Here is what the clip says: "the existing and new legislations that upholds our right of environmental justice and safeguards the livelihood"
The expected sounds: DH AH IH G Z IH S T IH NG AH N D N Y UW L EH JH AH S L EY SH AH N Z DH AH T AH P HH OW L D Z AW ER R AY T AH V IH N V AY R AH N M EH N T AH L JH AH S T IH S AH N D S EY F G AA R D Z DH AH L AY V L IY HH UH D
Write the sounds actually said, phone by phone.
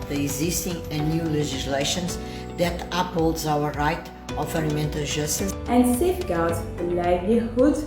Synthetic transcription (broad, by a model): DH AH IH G Z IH S T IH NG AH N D N Y UW L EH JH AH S L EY SH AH N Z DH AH T AH P HH OW L D Z AW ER R AY T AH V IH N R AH M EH N T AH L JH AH S T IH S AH N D S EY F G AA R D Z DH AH L AY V L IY HH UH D